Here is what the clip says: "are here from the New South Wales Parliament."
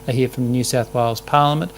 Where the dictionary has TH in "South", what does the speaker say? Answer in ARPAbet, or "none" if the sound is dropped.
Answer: TH